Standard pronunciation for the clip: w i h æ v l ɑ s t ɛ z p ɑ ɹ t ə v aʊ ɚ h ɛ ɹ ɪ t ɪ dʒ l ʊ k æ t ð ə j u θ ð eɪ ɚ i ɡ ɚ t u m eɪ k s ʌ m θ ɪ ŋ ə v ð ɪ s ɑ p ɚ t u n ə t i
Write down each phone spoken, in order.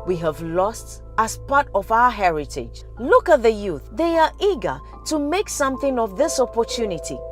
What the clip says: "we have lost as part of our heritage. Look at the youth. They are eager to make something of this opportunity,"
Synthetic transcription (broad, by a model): w i h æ v l ɑ s t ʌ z p ɑ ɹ t ə v aʊ ɚ h ɛ ɹ ɪ t ɪ dʒ l ʊ k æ t ð ə j u θ ð eɪ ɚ i ɡ ɚ t u m eɪ k s ʌ m θ ɪ ŋ ə v ð ɪ s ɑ p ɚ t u n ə t i